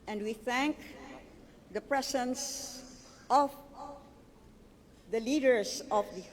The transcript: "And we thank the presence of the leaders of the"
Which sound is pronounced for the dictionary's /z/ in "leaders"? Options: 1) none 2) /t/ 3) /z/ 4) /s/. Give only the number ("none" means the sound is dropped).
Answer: 4